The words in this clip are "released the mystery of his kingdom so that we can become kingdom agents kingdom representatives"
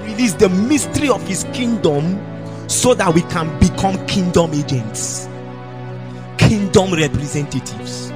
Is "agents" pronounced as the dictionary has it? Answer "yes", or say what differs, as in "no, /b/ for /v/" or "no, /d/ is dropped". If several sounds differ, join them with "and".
yes